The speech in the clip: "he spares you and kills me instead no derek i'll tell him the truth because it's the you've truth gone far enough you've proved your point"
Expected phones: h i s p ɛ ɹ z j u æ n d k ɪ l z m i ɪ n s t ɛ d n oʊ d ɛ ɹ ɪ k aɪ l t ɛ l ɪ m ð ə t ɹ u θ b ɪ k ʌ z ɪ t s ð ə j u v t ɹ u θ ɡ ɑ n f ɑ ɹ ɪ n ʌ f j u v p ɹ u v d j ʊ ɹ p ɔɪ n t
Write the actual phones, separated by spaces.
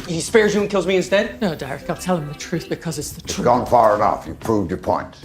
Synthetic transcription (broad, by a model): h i s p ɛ ɹ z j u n k ɪ l z m i ɪ n s t ɛ d n oʊ d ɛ ɹ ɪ k aɪ l t ɛ l ɪ m ð ə t ɹ u θ b ɪ k ʌ z ɪ t s ð ə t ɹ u ɡ ɑ n f ɑ ɹ ɪ n ʌ f j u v p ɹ u v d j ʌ ɹ p ɔɪ n t